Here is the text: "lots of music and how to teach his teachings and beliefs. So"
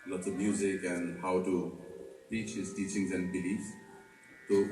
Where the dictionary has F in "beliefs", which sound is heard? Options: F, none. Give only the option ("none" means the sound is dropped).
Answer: none